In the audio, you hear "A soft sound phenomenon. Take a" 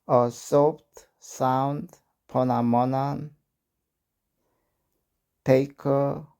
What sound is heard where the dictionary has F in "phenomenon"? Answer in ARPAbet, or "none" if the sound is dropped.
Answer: P